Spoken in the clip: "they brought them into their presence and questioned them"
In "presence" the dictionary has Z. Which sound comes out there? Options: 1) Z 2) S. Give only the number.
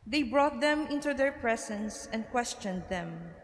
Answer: 2